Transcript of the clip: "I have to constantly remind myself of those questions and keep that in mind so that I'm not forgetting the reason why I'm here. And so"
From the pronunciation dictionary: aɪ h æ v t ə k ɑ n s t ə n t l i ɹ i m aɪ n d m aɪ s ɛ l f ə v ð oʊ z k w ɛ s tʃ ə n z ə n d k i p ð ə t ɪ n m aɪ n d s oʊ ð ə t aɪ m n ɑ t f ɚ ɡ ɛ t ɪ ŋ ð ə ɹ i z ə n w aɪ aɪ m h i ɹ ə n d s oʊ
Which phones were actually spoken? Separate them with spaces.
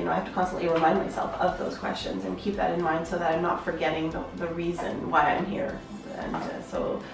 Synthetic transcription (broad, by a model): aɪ h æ f t ə k ɑ n s t ə n t l i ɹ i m aɪ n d m aɪ s ɛ l f ə v ð oʊ z k w ɛ s tʃ ə n z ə n k i p ð ə t ɪ n m aɪ n d s oʊ ð ə t aɪ m n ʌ t f ɚ ɡ ɛ t ɪ ŋ ð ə ɹ i z ə n w aɪ aɪ m h i ɹ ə n s oʊ